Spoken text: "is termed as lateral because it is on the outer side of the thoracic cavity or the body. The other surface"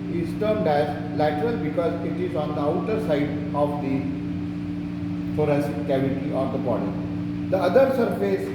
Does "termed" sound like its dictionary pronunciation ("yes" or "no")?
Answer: yes